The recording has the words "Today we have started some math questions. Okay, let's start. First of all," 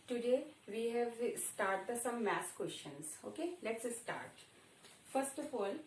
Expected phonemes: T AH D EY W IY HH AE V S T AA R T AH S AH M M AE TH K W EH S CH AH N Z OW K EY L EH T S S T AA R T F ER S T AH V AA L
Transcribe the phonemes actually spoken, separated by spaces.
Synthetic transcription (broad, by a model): T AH D EY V IY HH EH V S T AA R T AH S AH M M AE S K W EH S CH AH N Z OW K EY L EH T S S T AA R T F ER S T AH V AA L